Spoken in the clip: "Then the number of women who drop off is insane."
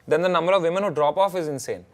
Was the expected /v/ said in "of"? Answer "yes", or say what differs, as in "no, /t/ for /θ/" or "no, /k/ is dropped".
yes